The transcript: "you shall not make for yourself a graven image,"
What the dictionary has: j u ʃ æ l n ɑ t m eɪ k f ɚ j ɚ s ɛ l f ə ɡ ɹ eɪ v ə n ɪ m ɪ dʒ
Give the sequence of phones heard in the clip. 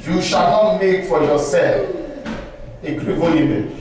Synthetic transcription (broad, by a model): j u ʃ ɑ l n ɑ t m eɪ k f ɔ j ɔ s ɛ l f ə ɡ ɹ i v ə i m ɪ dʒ